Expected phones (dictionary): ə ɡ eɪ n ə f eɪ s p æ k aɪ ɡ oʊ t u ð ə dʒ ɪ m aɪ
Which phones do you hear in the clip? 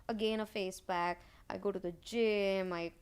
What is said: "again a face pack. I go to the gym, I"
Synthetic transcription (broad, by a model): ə ɡ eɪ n ə f eɪ s b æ k aɪ ɡ oʊ t u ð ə dʒ ɪ m aɪ